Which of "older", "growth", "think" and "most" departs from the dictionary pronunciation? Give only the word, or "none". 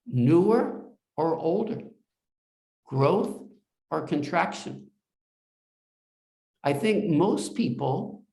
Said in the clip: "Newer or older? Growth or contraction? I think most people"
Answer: none